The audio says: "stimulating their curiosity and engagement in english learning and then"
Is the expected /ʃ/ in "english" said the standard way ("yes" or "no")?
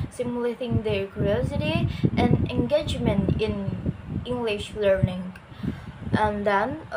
yes